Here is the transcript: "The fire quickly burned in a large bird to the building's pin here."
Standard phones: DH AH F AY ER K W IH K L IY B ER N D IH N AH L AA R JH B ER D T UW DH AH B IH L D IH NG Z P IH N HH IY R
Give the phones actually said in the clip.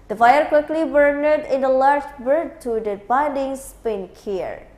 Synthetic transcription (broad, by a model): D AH F AY ER K W IH K L IY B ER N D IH N AH L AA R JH B ER D T UW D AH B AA N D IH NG S P IH N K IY R